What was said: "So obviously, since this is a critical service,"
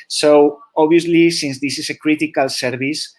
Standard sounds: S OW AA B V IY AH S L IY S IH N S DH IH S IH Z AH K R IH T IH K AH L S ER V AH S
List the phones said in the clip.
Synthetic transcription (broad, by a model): S OW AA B IY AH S L IY S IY N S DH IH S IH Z AH K R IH T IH K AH L S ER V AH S